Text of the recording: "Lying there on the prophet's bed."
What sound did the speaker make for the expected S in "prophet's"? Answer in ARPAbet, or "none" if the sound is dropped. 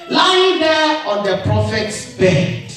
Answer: S